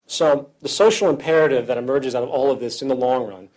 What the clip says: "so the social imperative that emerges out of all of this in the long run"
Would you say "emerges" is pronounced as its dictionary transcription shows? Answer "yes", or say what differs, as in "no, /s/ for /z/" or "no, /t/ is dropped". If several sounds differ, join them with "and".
yes